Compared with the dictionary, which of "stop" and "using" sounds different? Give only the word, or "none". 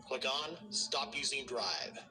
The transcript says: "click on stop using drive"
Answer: none